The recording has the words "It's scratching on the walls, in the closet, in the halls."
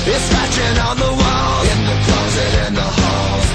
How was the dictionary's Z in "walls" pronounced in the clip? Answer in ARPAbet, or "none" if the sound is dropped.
none